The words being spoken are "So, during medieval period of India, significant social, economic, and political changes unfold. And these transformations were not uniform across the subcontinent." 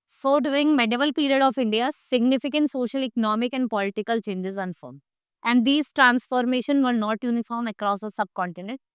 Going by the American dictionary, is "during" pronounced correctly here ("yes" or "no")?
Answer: no